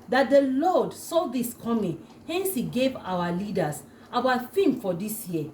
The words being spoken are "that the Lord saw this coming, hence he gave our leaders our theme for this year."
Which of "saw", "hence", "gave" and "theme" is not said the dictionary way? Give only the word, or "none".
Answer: theme